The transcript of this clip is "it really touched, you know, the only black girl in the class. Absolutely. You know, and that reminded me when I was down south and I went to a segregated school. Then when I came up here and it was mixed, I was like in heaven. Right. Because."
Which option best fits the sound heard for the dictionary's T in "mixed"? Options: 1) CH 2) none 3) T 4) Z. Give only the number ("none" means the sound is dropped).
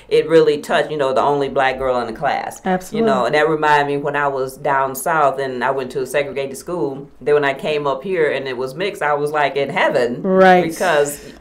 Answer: 2